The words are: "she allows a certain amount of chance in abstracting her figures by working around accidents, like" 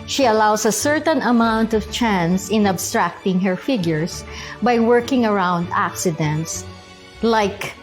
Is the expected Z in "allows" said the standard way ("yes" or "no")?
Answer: no